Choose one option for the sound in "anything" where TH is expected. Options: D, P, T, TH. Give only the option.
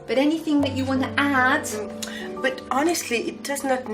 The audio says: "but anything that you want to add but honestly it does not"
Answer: TH